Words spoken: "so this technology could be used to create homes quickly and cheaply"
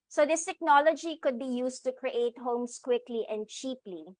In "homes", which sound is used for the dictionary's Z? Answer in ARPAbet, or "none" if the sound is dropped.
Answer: S